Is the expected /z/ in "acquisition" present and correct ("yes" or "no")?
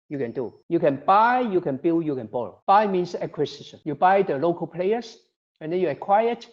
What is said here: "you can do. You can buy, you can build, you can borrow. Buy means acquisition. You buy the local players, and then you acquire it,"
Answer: no